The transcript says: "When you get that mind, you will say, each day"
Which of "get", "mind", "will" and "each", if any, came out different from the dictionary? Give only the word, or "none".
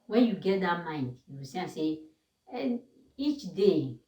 will